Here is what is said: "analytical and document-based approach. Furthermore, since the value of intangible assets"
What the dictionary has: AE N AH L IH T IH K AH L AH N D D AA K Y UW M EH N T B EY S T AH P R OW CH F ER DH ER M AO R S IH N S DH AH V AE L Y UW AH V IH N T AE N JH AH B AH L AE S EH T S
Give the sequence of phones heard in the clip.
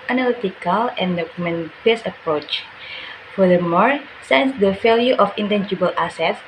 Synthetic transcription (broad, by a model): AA N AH L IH T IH K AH L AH N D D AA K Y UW M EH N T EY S AH P R OW CH F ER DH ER M AO R S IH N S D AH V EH L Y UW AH F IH N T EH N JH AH B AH L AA S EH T S